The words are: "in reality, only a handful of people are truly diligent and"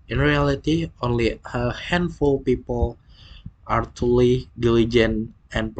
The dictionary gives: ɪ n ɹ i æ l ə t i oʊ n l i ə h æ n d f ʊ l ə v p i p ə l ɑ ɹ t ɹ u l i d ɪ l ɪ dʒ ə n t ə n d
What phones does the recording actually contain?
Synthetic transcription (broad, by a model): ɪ n ɹ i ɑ l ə t i oʊ n l i ə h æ n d f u l p i p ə l ɑ ɹ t u l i d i l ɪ dʒ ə n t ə n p